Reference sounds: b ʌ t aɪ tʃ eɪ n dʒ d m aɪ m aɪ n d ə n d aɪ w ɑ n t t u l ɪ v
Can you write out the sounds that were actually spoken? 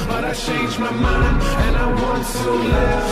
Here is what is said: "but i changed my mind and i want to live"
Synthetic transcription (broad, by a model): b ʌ t aɪ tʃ eɪ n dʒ m aɪ m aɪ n ə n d aɪ w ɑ n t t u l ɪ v